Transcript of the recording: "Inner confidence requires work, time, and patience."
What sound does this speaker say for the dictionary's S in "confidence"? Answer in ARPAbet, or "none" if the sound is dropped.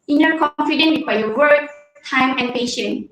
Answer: none